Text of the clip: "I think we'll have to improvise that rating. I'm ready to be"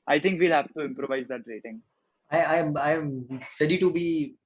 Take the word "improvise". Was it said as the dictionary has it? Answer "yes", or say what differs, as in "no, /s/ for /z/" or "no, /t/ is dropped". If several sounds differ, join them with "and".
yes